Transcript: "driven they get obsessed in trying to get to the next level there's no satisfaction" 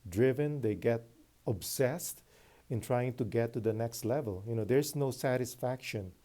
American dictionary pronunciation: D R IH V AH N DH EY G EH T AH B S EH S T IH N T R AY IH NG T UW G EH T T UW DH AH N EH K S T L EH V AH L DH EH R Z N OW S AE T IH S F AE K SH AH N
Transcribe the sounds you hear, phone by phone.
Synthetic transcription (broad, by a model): D R IH V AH N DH EY G EH T AH B S EH S T IH N T R AY IH NG T UW G EH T T UW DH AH N EH K S T L EH V AH L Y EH R S N OW S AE T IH S F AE K SH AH N